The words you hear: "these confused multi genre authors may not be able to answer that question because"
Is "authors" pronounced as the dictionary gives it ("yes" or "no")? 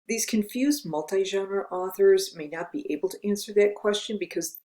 yes